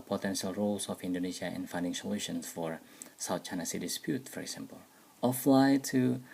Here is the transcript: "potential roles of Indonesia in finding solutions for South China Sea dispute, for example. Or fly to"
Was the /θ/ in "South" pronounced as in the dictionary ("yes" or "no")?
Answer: no